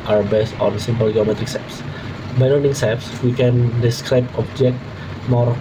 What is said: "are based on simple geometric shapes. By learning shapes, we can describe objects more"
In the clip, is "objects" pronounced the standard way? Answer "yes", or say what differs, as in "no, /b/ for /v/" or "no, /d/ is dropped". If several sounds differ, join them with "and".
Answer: no, /s/ is dropped